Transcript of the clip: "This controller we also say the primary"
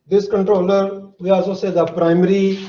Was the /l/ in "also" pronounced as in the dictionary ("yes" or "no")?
no